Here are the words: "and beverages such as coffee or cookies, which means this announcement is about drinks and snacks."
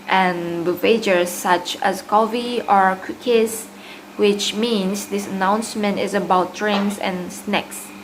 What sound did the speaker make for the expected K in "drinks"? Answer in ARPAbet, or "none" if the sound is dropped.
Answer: none